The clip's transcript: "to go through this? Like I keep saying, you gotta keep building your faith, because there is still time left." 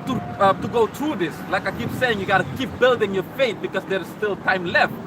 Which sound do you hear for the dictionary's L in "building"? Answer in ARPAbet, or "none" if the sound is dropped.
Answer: L